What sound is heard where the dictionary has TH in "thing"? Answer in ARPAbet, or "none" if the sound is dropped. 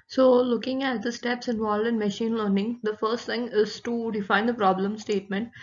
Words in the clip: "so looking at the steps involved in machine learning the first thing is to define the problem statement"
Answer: T